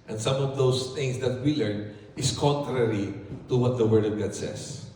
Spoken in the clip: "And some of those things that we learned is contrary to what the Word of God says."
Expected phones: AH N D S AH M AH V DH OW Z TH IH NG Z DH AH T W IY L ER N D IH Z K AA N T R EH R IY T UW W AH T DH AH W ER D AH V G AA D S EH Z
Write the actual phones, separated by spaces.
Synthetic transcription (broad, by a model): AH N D S AH M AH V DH OW S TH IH NG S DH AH T W IY L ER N IH S K AA N T R EH R IY T UW W AH T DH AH W ER D AH V G AA D S EH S